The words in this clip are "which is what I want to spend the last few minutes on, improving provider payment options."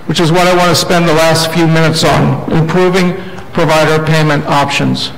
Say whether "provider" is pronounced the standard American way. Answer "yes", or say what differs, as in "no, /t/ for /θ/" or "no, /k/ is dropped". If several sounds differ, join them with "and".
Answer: yes